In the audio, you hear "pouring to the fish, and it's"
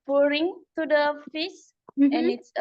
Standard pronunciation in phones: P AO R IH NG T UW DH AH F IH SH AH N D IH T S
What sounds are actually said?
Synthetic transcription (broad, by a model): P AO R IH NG T UW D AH F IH S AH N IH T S